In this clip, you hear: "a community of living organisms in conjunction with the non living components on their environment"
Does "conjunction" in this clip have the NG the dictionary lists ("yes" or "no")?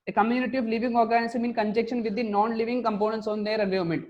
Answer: no